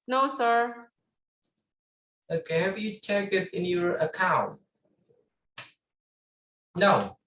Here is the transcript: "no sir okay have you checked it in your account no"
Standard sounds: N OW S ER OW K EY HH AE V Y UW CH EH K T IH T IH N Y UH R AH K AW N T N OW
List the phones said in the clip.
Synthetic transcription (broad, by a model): N OW S ER OW K EY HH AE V Y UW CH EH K IH T IH N Y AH R AH K AW N T N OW